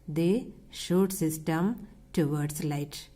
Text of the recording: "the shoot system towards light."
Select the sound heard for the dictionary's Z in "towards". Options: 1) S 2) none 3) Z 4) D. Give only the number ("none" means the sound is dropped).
1